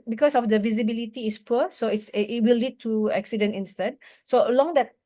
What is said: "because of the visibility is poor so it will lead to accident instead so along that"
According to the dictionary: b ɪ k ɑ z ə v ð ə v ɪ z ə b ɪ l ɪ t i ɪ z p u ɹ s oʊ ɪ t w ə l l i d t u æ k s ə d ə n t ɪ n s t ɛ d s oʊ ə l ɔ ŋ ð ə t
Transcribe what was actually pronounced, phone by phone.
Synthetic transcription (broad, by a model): b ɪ k ɑ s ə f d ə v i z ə b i l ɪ t i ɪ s p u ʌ s oʊ ɪ t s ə w l i d t u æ k s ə d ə n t ɪ n s t ɛ d s oʊ ə l ɔ ŋ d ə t